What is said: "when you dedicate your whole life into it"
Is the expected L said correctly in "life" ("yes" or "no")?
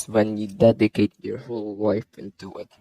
no